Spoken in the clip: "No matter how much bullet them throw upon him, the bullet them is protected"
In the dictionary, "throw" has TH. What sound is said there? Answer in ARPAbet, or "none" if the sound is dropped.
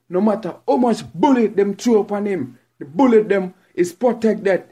T